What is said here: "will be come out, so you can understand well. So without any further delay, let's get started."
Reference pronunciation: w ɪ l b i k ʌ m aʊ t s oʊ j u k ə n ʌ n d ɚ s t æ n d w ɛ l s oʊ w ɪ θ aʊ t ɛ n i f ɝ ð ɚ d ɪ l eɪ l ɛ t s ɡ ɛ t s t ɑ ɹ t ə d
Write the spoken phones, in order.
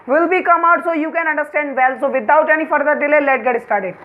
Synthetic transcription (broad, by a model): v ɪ l b i k ʌ m aʊ t s oʊ j u k ə n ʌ n d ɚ s t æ n d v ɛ l s oʊ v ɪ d aʊ t ɛ n i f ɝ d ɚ d ɪ l eɪ l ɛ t ɡ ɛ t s t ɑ ɹ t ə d